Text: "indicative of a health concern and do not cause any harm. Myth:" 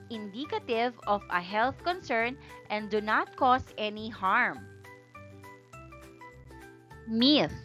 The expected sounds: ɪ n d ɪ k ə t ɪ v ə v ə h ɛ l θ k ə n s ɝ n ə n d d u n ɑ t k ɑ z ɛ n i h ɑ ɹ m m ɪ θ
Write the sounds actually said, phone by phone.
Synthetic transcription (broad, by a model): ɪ n d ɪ k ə t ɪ v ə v ə h ɛ l θ k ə n s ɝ n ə n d d u n ɑ t k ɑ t ɛ n i h ɑ ɹ m m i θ